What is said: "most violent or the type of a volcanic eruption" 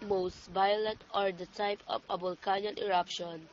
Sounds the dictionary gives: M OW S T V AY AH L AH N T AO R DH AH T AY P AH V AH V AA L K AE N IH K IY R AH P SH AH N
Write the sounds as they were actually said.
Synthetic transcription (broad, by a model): M OW S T V AY AH L AH N T AO R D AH T AY P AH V AH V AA L K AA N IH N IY R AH P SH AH N